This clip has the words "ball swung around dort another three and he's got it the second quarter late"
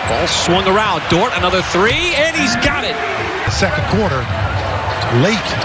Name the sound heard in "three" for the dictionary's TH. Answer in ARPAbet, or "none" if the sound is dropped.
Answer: TH